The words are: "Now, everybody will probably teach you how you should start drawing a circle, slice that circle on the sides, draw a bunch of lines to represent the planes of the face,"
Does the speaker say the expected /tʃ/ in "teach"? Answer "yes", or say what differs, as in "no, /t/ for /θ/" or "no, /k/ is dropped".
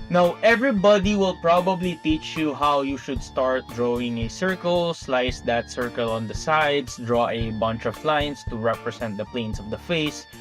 yes